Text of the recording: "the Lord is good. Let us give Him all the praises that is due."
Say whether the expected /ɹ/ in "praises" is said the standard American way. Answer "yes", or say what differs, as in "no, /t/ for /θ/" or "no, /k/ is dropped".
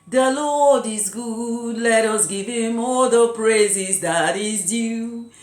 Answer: yes